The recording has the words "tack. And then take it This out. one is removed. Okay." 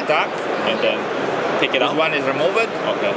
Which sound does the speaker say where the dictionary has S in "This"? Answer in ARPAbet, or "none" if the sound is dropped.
none